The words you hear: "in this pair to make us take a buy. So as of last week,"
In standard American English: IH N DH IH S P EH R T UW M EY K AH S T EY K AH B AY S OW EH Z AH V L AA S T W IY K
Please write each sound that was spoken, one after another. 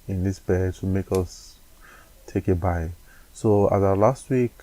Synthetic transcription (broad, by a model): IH N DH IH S B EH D T UW M EY K AH S T EY K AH B AY S OW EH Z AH L AA S T W IY K